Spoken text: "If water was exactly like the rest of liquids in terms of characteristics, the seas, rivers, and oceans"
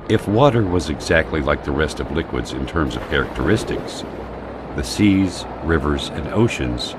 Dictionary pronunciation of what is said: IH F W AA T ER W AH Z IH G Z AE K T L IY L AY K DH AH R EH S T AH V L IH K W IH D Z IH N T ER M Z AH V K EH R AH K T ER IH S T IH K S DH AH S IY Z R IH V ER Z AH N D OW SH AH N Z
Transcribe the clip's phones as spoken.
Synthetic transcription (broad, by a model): IH F W AA T ER W AH Z IH G Z AE K T L IY L AY K DH AH R EH S T AH V L IH K W IH D Z IH N T ER M Z AH V K EH R AH K T ER IH S T IH K S DH AH S IY Z R IH V ER Z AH N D OW SH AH N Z